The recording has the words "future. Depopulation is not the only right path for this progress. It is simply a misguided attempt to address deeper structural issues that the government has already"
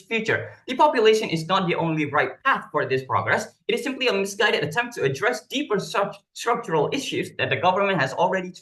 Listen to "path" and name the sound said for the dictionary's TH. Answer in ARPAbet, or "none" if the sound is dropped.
TH